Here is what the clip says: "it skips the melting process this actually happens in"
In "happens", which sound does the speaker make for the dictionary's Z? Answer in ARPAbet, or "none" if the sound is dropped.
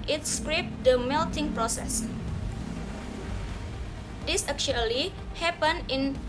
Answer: none